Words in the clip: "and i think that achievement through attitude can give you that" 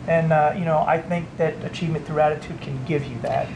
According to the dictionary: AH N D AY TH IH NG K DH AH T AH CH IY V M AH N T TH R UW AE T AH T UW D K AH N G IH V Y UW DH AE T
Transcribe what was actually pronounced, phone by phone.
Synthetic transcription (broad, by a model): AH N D AY TH IH NG K DH AH T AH CH IY V M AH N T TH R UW AE T AH T UW D K AH N G IH V Y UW DH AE T